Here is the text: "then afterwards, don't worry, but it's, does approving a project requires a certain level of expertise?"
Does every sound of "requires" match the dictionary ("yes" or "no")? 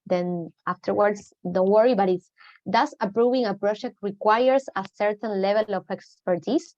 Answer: no